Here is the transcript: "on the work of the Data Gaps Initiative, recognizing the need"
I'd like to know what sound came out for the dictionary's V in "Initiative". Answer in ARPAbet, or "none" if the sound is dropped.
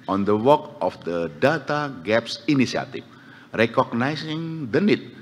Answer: F